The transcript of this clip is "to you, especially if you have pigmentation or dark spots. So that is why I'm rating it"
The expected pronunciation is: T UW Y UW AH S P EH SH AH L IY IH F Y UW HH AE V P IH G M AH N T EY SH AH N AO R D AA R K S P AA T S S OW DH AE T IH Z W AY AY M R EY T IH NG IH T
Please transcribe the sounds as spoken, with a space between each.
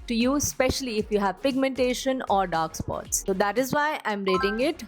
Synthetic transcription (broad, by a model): T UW Y UW S P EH SH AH L IY IH F Y UW HH AE V P IH G M AH N T EY SH AH N AO R D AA R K S P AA T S S OW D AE T IH Z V AY AY M R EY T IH NG IH T